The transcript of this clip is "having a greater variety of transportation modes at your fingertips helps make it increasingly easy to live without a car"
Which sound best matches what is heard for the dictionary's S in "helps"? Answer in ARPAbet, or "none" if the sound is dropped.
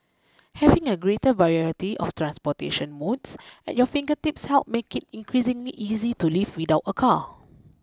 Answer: none